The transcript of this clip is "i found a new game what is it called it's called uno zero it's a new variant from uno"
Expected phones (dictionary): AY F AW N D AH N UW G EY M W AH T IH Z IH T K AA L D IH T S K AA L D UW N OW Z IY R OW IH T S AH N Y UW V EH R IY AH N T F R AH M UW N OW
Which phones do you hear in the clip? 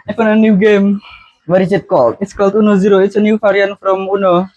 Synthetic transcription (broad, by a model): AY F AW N AH N UW G EY M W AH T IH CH IH T K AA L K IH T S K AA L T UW N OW Z IY R OW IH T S AH N Y UW F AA R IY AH N F R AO M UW N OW